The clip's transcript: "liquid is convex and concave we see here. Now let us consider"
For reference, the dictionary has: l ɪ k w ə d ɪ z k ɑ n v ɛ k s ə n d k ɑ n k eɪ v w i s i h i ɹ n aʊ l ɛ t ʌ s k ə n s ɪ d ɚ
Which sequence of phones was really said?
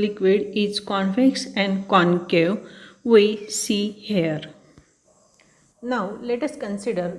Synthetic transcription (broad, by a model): l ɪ k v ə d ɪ s k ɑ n f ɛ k s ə n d k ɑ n k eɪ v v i s i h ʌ ɹ n aʊ l ɛ t ʌ s k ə n s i d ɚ